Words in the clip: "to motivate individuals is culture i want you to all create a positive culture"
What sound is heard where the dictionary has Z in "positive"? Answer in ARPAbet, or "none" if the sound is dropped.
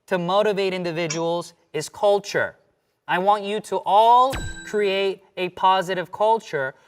Z